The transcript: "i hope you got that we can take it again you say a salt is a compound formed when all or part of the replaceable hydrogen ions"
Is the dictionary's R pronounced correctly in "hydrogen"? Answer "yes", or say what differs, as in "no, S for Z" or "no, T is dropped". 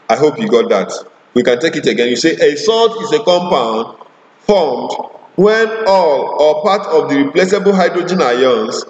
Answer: yes